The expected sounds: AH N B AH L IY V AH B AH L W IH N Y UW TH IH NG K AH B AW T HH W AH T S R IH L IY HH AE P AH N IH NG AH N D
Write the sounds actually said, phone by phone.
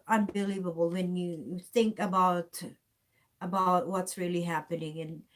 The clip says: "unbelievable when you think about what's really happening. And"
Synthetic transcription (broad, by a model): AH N B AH L IY V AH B L W IH N Y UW TH IH NG K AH B AW T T W AH T S R IH L IY HH AE P AH N IH NG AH N